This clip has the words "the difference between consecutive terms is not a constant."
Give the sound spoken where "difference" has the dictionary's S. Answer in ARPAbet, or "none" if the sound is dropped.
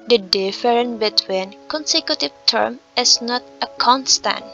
none